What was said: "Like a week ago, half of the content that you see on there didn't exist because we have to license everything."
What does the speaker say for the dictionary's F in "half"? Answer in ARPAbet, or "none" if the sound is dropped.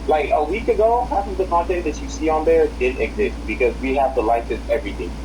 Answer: P